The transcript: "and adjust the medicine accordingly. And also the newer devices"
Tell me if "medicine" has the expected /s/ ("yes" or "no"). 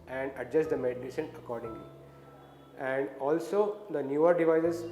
no